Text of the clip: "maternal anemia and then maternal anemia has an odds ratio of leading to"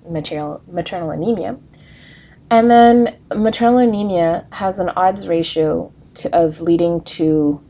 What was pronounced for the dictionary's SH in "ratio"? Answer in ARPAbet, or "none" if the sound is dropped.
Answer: SH